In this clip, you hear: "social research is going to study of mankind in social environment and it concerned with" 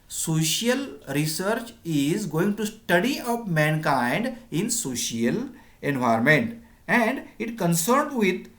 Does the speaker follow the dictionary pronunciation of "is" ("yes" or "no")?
yes